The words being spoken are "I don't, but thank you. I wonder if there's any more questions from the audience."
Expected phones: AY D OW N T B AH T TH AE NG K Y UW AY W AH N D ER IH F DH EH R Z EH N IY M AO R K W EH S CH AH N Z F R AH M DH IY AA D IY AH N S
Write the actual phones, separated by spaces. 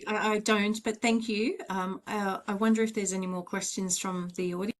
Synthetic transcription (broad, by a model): AY D OW N T B AH T TH AE NG K Y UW AY W AH N D ER IH F DH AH R Z EH N IY M AO R K W EH S CH AH N Z F R AH M DH IY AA D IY